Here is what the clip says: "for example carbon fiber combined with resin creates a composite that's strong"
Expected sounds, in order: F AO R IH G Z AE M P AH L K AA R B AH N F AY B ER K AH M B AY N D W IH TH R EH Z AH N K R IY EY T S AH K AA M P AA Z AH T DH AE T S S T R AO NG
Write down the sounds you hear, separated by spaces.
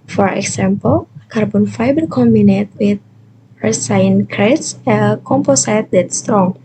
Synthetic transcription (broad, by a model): F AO R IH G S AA M P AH L K AA R B AH N F AY B ER K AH M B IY N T W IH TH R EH S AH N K R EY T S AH K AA M P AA S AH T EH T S S T R AO NG